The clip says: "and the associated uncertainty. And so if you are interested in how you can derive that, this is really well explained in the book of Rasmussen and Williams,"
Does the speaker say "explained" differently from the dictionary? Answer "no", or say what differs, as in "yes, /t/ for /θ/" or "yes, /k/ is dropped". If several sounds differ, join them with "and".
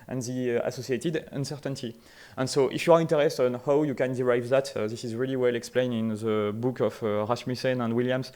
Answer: yes, /d/ is dropped